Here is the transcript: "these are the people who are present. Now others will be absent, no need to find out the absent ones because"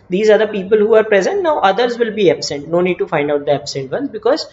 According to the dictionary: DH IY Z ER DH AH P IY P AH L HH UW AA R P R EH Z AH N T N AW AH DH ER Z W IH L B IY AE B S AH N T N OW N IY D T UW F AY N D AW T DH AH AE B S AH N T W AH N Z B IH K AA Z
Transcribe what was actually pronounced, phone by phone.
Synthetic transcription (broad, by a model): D IY Z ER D AH P IY P AH L HH UW AA R P R EH Z AH N T N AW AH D ER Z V IH L B IY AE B S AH N T N OW N IY D T UW F AY N D AW T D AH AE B S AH N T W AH N B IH K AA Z